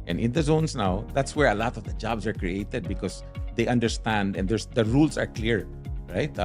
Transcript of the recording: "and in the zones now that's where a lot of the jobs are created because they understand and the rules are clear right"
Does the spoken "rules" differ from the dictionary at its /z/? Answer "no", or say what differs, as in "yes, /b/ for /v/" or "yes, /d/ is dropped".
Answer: yes, /s/ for /z/